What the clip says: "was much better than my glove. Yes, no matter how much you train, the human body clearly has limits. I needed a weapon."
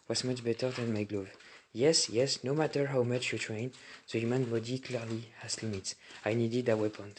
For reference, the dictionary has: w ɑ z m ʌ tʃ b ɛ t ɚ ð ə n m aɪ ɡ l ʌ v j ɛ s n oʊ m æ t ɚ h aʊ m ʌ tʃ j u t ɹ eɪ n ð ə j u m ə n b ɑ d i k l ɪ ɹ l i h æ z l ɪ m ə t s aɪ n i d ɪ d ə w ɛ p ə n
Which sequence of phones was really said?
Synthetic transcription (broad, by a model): w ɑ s m ʌ tʃ b ɛ t ɚ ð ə n m aɪ ɡ l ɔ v j ɛ s n oʊ m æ t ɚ h aʊ m ʌ tʃ j u t ɹ eɪ n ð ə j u m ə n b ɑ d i k l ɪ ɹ l i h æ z l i m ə t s aɪ n i d ɪ d ə w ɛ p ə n